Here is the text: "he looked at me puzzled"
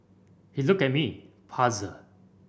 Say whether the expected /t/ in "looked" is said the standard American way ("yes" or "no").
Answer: no